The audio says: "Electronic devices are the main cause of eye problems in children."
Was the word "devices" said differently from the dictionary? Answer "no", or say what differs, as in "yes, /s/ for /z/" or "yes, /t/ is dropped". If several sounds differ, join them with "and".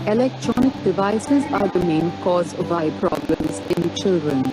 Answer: no